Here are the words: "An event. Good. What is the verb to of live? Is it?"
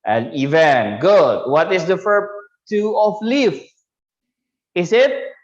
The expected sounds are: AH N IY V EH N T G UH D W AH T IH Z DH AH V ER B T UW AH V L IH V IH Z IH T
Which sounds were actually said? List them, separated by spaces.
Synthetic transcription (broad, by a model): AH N IY V EH N T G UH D W AH T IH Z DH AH F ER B T UW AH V L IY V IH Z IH T